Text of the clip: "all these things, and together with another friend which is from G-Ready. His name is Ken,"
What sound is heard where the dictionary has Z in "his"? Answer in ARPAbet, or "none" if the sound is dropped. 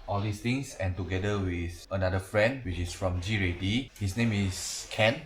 S